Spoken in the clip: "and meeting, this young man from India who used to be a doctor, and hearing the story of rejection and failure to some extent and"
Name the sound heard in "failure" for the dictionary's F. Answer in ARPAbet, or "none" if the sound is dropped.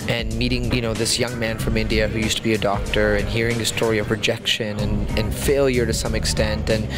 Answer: F